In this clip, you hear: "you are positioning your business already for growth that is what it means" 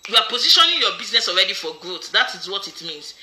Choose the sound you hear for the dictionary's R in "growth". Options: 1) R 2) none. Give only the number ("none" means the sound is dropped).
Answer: 2